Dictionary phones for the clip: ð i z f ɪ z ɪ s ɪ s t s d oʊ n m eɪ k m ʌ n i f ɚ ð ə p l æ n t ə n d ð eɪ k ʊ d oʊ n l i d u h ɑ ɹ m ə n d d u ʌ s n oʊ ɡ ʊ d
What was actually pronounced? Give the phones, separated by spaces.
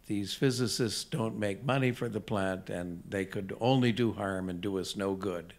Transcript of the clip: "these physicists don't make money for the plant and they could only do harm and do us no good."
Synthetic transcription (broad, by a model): ð i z f ɪ z ɪ s ɪ s t s d oʊ n m eɪ k m ʌ n i f ɚ ð ə p l æ n t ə n ð eɪ k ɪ d oʊ n l i d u h ɑ ɹ m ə n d d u ʌ s n oʊ ɡ ʊ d